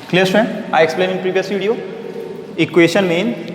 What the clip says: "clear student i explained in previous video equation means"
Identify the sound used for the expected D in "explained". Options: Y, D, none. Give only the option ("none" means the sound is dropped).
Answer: none